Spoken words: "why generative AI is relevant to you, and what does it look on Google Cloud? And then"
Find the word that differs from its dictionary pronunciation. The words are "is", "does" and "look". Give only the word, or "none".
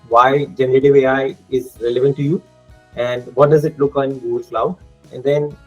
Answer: none